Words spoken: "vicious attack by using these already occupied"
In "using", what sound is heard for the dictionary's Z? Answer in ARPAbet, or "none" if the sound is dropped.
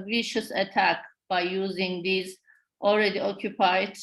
Z